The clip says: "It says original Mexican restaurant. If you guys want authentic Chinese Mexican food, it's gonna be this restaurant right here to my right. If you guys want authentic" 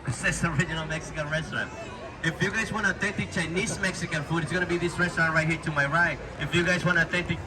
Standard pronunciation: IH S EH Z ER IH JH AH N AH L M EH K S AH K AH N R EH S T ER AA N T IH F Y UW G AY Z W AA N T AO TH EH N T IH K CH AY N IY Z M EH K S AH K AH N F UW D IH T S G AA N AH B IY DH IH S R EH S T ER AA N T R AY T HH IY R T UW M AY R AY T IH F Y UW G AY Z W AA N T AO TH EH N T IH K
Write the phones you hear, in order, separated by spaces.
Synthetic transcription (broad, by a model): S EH S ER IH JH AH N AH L M EH K S AH K AH N R EH S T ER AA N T IH F Y UW G AY Z W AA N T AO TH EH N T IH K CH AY N IY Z M EH K S AH K AH N F UW D IH T S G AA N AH B IY DH IH S R EH S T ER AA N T R AY T HH IY R T UW M AY R AY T IH F Y UW G AY Z W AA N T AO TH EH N T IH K